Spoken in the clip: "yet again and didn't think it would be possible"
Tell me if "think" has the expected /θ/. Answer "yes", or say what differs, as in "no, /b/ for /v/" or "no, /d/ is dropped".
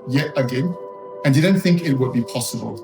yes